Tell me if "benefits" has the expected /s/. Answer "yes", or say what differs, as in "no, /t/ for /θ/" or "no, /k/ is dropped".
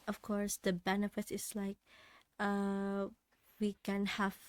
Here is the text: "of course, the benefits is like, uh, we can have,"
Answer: no, /s/ is dropped